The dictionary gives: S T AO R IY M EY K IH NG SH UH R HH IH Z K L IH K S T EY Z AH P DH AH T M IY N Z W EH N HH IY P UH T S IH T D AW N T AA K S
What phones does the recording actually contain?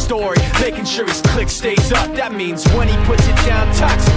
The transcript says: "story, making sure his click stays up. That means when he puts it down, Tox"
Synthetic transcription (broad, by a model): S T AO R IY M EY K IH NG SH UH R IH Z K L IH K S T EY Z AH P DH AH T M IY N Z W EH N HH IY P UH T S IH T D AW N T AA K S